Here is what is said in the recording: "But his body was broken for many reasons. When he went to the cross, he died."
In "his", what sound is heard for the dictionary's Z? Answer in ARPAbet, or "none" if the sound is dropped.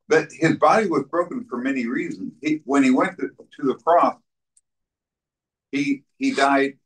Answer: Z